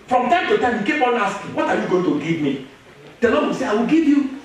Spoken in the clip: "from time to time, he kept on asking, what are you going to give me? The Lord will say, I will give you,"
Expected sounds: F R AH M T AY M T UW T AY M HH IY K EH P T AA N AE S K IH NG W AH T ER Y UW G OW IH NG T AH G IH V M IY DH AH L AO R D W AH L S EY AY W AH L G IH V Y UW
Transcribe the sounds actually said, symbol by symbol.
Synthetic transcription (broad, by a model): F R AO M T AY M T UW T AY M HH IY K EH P AA N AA S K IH W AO T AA Y UW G OW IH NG T AH G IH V M IY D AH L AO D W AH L S EY AY W AH L G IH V Y UW